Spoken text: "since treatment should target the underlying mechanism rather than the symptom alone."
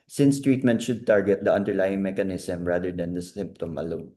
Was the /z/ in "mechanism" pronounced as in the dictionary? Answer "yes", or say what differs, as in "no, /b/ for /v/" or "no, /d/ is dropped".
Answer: no, /s/ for /z/